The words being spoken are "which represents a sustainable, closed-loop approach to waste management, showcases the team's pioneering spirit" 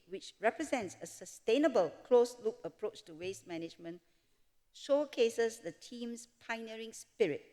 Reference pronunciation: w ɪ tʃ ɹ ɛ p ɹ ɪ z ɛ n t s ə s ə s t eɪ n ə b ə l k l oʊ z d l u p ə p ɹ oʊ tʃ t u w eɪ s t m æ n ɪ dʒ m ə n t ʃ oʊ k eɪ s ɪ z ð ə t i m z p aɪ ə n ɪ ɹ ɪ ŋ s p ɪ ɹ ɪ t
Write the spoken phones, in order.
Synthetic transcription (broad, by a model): w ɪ tʃ ɹ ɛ p ɹ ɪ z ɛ n t s ə s ə s t eɪ n ə b ə l k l oʊ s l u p ə p ɹ oʊ tʃ t u w eɪ s t m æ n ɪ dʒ m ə n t ʃ oʊ k eɪ s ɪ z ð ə t i m s p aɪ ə n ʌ ɹ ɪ ŋ s p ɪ ɹ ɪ t